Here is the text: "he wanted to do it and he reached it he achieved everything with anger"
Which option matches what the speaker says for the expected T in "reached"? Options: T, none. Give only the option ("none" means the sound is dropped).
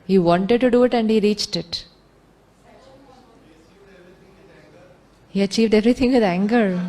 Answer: T